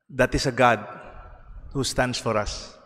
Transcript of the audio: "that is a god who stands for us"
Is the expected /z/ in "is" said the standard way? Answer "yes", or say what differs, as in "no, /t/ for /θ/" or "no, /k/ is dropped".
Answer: no, /s/ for /z/